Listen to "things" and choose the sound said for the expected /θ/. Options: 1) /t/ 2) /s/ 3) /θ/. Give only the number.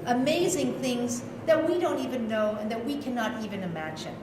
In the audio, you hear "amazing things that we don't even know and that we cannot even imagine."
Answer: 3